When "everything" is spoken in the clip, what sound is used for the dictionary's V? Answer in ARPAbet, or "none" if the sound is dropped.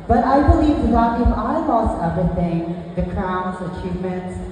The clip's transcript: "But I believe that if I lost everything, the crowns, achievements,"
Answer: none